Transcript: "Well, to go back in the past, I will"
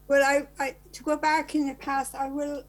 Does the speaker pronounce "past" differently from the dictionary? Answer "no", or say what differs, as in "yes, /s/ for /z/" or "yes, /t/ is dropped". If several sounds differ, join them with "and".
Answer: no